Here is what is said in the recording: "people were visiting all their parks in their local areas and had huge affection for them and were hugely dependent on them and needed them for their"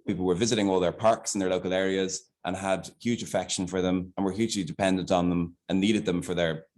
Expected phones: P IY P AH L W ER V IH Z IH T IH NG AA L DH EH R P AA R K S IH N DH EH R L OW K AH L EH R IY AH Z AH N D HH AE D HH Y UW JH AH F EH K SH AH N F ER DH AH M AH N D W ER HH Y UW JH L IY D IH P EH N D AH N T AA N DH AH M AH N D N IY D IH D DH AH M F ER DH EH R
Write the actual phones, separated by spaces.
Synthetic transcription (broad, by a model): P IY P L W ER V IH Z IH T IH NG AA L DH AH R P AA R K S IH N DH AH R L OW K AH L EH R IY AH Z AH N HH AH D HH Y UW JH AH F EH K SH AH N F ER DH AH M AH N W ER HH Y UW JH L IY D IH P EH N D AH N T N DH AH M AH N N IY D IH D DH AH M F ER DH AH R